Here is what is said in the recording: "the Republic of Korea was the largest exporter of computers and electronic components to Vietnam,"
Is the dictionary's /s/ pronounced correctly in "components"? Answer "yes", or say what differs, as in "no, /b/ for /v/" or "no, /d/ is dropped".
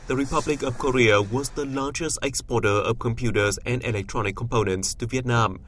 yes